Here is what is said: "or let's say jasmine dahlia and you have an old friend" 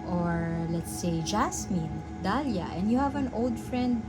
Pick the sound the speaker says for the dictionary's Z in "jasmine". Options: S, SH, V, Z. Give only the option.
S